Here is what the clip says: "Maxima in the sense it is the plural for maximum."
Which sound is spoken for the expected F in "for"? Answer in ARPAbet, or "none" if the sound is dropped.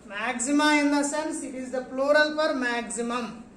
P